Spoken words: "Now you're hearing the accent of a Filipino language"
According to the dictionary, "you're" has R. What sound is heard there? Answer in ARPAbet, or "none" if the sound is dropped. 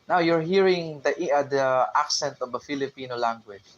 R